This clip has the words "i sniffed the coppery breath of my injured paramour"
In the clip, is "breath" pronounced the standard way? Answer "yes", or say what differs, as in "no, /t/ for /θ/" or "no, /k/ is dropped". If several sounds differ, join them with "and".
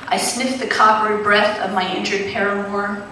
yes